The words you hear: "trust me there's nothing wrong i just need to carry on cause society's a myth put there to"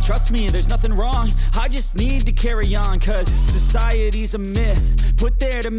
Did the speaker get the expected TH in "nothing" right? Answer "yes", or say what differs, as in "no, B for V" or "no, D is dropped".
yes